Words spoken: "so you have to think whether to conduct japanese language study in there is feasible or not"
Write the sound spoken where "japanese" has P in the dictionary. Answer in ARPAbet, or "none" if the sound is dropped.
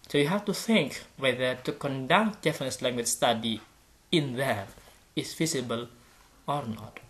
F